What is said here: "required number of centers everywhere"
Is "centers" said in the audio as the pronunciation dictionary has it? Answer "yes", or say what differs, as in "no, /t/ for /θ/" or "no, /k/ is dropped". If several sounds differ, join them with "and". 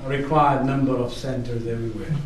yes